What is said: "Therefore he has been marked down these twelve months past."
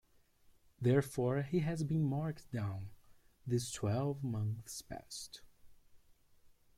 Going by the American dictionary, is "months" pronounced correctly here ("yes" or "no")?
yes